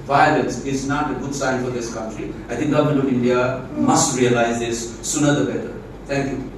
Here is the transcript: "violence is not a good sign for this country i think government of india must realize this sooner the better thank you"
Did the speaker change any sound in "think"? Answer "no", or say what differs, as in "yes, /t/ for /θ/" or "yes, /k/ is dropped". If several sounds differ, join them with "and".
yes, /t/ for /θ/